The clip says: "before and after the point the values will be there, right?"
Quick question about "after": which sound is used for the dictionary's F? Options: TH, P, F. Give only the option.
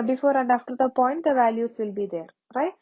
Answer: F